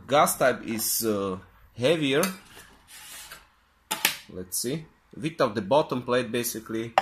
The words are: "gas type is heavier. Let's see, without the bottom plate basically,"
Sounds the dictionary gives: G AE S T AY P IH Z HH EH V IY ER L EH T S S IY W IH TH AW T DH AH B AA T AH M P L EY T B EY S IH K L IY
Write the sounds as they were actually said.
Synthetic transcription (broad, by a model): G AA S T AY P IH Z HH EH V IY ER L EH T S S IY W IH T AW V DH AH B AA T AH M P L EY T B EY S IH K L IY